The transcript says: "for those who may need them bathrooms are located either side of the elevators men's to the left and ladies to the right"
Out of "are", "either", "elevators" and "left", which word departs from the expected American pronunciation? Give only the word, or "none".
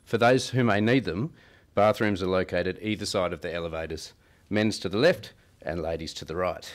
none